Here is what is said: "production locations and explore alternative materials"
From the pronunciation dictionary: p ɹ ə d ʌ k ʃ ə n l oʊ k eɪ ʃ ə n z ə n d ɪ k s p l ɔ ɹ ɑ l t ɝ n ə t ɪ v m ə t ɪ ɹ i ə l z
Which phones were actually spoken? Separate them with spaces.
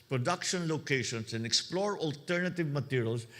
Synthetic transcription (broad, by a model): p ɹ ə d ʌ k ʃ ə n l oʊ k eɪ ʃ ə n s ə n d ɪ k s p l ɔ ɹ ɑ l t ɝ n ə t ɪ v m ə t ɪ ɹ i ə l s